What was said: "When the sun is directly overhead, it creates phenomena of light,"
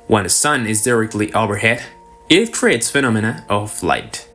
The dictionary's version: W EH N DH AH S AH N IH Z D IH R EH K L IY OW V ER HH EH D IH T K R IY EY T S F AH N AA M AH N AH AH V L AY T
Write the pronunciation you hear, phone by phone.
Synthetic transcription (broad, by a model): W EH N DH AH S AH N IH Z D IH R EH K L IY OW B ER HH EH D IH T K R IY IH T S F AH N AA M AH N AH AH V L AY T